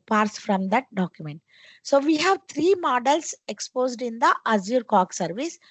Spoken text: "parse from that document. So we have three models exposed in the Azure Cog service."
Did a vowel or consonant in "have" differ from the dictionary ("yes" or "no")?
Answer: no